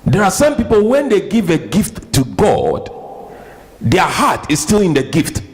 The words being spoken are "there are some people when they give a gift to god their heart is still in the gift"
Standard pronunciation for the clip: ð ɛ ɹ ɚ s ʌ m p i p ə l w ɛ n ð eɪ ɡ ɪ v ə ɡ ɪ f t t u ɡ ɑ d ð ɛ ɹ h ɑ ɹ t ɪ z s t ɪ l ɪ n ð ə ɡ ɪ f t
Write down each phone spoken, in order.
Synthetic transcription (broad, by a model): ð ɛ ɹ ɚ s ʌ m p i p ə l w ɛ n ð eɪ ɡ ɪ v ə ɡ ɪ f t t u ɡ ɑ d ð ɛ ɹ h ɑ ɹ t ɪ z s t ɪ l ɪ n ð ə ɡ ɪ f t